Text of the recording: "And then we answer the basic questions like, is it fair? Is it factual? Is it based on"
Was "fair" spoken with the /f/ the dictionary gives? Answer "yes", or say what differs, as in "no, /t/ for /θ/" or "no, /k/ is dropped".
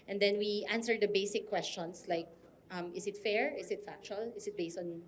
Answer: yes